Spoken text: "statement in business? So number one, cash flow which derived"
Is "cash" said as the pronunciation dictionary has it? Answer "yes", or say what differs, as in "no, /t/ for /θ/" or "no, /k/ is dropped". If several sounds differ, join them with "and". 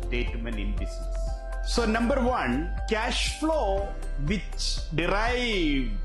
yes